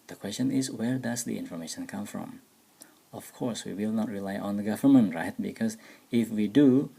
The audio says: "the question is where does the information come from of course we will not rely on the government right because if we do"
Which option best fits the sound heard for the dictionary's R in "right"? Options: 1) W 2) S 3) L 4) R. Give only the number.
4